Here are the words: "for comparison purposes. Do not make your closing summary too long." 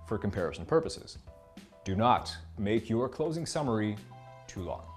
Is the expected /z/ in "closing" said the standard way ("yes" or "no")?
yes